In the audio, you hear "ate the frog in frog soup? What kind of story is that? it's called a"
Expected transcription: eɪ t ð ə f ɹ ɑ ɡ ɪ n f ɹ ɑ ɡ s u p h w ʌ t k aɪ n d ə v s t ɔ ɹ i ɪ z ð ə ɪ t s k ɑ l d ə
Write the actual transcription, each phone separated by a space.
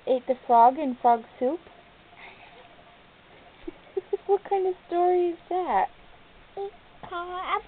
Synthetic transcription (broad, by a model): eɪ t ð ə f ɹ ɑ ɡ ɪ n f ɹ ɑ ɡ s u p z w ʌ t k aɪ n d ə v s t ɔ ɹ i ɪ z ð ə t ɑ